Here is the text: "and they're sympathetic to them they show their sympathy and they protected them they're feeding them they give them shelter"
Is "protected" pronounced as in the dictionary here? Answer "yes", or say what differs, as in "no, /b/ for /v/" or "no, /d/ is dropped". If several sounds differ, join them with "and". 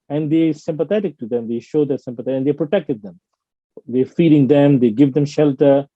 yes